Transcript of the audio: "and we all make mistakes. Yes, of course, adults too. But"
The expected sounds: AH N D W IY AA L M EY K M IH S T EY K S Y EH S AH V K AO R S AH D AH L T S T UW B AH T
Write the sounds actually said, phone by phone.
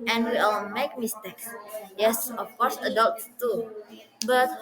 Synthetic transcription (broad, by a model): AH N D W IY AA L M EY K M IH S T EY K S Y EH S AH F K AO R S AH D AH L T T UW B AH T